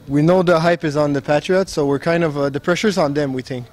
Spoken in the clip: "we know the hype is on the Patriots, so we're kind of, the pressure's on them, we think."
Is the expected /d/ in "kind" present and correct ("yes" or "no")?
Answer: yes